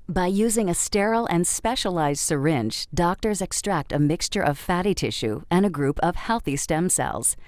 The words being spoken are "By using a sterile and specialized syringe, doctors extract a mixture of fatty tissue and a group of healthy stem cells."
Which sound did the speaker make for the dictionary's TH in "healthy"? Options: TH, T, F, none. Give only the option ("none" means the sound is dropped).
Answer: TH